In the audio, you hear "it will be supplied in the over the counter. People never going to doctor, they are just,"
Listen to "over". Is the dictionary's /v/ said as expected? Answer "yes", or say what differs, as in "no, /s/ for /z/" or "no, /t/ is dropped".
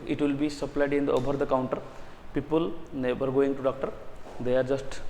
no, /b/ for /v/